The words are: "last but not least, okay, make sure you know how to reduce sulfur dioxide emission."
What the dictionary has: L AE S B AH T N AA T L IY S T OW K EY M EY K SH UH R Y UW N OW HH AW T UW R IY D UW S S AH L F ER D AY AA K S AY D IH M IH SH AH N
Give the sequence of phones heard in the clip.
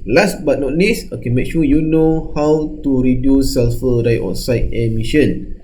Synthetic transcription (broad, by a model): L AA S B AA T N AA T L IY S OW K EY M EY K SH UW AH Y UW N OW HH AW T UW R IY D UW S S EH L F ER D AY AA S AY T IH M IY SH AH N